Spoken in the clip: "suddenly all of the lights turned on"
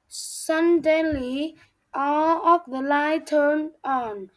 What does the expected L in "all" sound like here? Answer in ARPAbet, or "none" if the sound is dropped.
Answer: L